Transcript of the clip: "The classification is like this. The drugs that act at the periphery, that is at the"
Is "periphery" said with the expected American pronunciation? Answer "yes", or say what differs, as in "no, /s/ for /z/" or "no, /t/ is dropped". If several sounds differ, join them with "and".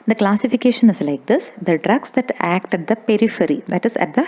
yes